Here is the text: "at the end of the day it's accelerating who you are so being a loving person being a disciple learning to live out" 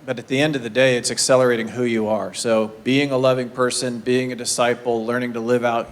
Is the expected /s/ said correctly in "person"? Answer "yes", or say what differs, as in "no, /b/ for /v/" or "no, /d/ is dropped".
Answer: yes